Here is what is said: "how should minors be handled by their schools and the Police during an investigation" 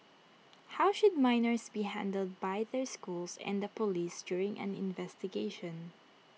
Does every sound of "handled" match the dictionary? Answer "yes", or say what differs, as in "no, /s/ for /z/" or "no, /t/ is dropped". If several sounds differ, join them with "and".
yes